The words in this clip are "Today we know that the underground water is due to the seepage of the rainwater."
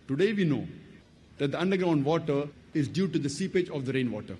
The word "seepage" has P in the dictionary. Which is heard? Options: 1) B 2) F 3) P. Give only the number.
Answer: 3